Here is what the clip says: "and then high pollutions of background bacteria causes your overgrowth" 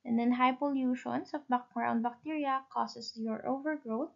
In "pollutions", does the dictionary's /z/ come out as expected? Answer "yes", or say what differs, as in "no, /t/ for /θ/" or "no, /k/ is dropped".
no, /s/ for /z/